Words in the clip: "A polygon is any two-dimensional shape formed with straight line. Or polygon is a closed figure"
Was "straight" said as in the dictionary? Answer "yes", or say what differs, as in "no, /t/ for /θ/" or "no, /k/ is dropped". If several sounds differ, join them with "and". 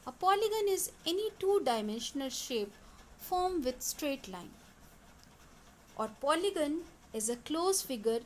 yes